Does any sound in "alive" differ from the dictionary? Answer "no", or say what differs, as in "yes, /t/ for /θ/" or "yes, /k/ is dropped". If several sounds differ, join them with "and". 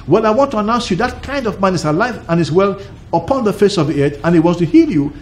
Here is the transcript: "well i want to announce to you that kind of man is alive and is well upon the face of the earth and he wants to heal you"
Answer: no